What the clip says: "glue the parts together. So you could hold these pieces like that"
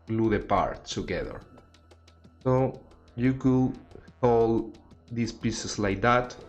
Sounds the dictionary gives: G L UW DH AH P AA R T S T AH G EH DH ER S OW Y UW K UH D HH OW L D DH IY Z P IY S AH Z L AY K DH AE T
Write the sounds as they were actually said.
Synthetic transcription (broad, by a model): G L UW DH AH P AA R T T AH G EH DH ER S OW Y UW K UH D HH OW L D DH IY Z P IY S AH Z L AY K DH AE T